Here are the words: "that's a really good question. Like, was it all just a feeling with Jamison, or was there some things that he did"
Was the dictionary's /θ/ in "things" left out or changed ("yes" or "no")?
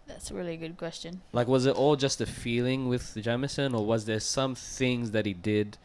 no